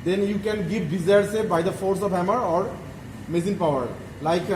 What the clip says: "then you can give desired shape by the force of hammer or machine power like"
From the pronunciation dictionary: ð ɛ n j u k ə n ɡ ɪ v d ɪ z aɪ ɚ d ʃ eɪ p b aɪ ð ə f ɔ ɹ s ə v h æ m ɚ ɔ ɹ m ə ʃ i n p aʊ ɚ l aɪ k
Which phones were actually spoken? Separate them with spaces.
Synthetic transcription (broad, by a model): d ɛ n j u k ə n ɡ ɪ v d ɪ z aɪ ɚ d s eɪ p b aɪ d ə f ɔ ɹ s ə v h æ m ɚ ɔ ɹ m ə s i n p aʊ ɚ l aɪ k